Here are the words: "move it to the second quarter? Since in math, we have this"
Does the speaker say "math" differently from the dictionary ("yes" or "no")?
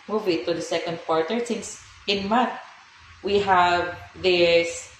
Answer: yes